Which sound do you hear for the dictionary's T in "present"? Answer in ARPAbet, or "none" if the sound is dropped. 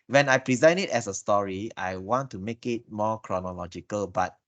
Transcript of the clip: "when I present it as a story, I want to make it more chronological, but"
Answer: none